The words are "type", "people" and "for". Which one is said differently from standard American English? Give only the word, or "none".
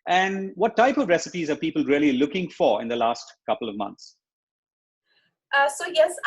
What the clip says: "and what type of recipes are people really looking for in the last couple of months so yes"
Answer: none